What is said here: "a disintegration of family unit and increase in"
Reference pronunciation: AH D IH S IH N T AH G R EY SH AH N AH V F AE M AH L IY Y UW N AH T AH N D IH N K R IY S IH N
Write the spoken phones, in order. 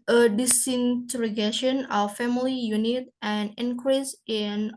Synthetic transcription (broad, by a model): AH D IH S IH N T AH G EY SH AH N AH F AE M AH L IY Y UW N AH T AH N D IH N K R IY S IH N